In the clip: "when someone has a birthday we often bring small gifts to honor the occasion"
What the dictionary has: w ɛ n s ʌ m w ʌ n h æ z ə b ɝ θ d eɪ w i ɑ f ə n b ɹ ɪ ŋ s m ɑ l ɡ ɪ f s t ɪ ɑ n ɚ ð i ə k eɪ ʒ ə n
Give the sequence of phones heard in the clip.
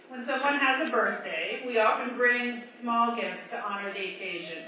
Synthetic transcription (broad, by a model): w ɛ n s ʌ m w ʌ n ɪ z ə b ɝ θ d eɪ w i ɑ f ə n b ɹ ɪ ŋ s m ɑ l ɡ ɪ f s t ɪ ɑ n ɚ ð i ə k eɪ ʒ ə n